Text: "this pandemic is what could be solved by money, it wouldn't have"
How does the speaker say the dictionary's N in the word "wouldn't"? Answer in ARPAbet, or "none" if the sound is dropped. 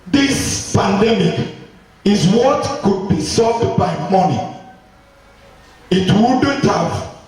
none